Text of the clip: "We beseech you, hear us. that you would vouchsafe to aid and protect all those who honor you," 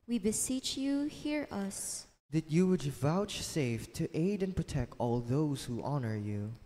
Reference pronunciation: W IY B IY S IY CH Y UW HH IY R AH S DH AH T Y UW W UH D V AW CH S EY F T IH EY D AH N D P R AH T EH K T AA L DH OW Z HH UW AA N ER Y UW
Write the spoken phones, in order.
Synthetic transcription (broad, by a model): W IY B IY S IY CH Y UW HH IY R AH S DH AH T Y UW W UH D V AW CH S EY F T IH EY D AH N P R AH T EH K T AA L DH OW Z HH UW AA N ER Y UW